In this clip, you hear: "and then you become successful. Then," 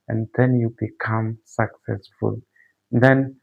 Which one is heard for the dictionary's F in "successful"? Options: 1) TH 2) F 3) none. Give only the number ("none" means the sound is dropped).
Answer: 2